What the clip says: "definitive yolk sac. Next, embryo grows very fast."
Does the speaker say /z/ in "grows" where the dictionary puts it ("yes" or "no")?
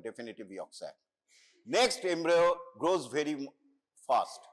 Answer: yes